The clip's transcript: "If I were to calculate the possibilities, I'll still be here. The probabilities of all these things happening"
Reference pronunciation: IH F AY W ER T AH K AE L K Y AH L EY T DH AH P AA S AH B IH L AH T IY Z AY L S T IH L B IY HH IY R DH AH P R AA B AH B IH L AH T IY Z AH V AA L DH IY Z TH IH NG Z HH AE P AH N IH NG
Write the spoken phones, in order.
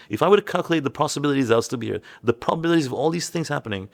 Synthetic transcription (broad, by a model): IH F AY W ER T K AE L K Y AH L EY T DH AH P AA S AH B IH L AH T IY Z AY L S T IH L B IY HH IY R DH AH P R AA B AH B IH L AH T IY Z AH V AA L DH IY Z TH IH NG Z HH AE P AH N IH NG